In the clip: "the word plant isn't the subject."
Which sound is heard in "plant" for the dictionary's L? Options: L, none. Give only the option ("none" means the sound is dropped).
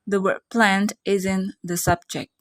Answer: L